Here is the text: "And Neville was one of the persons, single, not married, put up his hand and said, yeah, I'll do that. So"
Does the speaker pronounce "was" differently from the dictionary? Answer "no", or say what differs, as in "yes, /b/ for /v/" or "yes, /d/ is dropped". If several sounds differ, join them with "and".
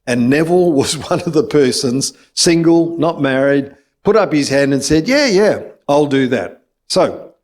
no